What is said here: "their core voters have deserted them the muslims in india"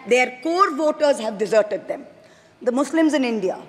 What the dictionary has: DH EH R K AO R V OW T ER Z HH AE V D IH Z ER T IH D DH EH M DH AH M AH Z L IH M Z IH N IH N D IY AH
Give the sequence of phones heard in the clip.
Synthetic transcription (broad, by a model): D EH R K AO R V OW T ER Z HH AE V D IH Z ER T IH D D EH M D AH M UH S L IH M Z IH N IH N D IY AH